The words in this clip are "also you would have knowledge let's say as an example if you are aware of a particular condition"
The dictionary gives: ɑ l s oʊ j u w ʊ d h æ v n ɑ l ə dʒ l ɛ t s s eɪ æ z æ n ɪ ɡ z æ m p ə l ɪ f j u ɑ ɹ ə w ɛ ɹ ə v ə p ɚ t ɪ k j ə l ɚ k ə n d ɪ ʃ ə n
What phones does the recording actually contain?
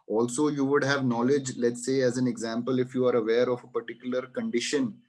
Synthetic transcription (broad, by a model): ɑ l s oʊ j u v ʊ d h æ v n ɑ l ə dʒ l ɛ t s s eɪ æ z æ n ɪ ɡ z æ m p ə l ɪ f j u ɑ ɹ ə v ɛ ɹ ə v ə p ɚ t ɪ k j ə l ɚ k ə n d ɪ ʃ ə n